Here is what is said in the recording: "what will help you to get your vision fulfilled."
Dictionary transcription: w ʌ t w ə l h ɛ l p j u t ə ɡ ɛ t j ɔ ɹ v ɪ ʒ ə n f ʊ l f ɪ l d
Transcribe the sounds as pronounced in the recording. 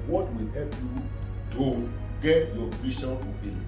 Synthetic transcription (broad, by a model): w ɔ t w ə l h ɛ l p j u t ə ɡ ɛ t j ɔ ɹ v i ʃ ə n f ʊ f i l